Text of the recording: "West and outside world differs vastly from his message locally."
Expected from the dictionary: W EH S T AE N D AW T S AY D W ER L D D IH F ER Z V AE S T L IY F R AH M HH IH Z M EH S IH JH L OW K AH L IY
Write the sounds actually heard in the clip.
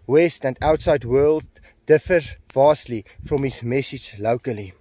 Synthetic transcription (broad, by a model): W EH S T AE N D AW T S AY D W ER L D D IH F ER V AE S T L IY F R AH M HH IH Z M EH S IH JH L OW K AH L IY